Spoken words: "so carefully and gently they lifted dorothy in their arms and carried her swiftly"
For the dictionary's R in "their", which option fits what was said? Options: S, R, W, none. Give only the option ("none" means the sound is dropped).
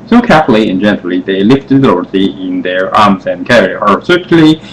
R